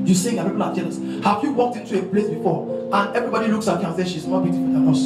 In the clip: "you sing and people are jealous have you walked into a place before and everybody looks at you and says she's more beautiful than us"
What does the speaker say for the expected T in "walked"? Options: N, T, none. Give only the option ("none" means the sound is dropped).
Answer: T